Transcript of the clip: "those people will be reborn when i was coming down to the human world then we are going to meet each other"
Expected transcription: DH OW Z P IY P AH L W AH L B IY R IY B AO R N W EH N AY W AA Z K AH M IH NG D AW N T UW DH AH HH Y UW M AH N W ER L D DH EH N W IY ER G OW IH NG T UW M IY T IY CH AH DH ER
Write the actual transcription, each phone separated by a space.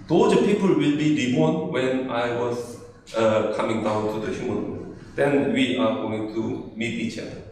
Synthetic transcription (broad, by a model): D OW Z P IY P AH L W AH L B IY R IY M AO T W EH N AY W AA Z K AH M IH NG D AW N T UW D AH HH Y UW M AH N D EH N W IY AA G OW IH NG T UW M IY T IY CH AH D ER